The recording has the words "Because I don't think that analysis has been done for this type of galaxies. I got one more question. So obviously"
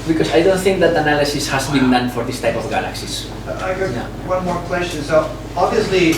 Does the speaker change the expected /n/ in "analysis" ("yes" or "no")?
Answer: no